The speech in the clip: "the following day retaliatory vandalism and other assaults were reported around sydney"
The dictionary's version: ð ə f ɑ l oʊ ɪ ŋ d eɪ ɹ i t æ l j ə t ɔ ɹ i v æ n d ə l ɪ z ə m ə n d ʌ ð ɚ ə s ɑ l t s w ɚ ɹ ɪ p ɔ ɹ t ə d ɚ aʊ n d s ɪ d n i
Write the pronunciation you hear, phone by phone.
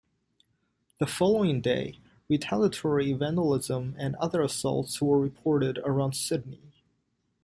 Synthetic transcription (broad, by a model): ð ə f ɑ l oʊ ɪ ŋ d eɪ ɹ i t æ l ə t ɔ ɹ i v æ n d ə l ɪ z ə m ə n ʌ ð ɚ ə s ɑ l t s w ɚ ɹ ɪ p ɔ ɹ t ə d ɚ aʊ n d s ɪ d n i